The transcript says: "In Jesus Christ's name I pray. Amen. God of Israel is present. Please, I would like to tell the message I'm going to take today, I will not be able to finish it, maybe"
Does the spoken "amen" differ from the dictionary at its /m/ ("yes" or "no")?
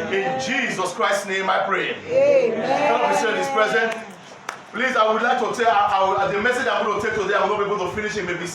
yes